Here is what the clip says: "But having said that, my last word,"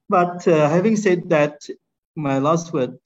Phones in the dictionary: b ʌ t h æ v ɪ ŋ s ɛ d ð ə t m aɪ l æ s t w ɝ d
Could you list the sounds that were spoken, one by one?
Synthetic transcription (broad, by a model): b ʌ t h æ v ɪ ŋ s ɛ d ð ə t m aɪ l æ s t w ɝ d